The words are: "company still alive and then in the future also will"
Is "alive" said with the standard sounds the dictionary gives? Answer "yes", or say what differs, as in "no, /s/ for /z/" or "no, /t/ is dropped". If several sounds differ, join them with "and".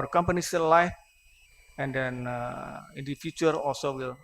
no, /f/ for /v/